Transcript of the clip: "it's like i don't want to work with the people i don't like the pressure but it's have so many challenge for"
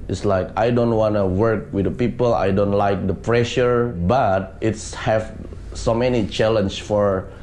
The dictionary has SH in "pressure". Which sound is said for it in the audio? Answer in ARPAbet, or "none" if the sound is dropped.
SH